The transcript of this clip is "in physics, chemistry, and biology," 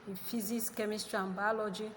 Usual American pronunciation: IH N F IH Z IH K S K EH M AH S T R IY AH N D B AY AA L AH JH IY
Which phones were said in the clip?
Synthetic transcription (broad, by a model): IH F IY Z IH S K EH M AH S T R IY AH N B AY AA L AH JH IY